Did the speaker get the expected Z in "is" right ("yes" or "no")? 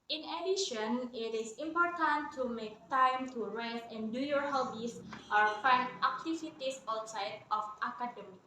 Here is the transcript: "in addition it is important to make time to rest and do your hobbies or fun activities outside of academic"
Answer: no